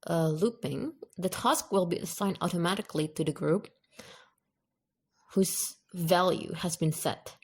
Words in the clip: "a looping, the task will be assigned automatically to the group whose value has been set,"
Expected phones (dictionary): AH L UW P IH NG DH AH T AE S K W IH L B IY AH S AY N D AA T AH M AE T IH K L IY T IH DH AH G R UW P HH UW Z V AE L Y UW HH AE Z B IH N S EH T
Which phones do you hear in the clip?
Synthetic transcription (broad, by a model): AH L UW P IH NG DH AH T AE S K W IH L B IY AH S AY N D AA T AH M AE T IH K L IY T IH DH AH G R UW P HH UW Z V AE L Y UW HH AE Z B IH N S EH T